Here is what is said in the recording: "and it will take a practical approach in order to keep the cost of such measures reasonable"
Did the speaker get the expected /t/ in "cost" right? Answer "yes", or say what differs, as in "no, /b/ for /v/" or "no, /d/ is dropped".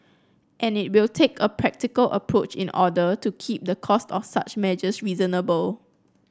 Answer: yes